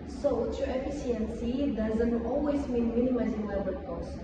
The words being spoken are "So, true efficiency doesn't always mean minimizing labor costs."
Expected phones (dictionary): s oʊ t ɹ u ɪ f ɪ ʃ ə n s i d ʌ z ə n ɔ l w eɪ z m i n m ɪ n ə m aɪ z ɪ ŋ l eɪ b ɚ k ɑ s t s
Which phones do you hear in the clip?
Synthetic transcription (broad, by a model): s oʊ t u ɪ f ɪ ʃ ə n s i d ʌ z ə n ɔ l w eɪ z m i n m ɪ n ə m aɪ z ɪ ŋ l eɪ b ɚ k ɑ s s